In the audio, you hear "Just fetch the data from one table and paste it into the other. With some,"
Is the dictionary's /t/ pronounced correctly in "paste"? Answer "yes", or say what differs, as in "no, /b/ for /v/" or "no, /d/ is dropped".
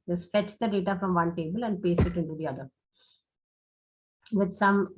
no, /t/ is dropped